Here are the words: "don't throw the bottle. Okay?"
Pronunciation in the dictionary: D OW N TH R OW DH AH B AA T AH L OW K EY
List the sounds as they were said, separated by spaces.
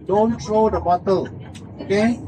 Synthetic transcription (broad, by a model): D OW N T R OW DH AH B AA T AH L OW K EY